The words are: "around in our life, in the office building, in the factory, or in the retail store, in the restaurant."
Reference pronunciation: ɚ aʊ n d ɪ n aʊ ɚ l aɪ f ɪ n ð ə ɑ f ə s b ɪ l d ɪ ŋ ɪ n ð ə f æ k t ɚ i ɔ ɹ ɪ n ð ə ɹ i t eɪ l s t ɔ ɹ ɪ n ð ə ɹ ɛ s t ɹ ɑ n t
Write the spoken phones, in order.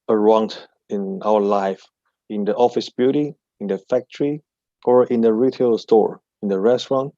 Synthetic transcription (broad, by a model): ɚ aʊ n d ɪ n aʊ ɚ l aɪ f ɪ n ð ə ɑ f ə s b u d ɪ ɪ n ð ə f æ k t ɚ i ɔ ɹ ɪ n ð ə ɹ i t eɪ l s t ɔ ɹ ɪ n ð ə ɹ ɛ s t ɹ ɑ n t